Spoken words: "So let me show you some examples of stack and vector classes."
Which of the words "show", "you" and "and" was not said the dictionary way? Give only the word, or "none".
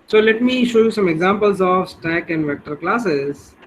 none